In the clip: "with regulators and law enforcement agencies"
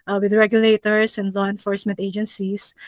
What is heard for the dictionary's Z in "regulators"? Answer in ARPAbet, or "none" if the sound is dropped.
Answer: S